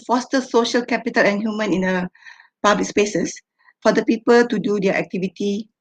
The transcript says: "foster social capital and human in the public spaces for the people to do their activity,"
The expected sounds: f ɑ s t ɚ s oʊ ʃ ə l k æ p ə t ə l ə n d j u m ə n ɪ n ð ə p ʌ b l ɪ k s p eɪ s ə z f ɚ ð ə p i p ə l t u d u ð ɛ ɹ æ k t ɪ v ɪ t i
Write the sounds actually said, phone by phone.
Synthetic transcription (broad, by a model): f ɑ s t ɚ s oʊ ʃ ə l k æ p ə t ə l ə n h j u m ə n ɪ n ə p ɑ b l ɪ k s p eɪ s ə s f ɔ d ə p i p ə l t u d u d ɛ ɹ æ k t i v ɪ t i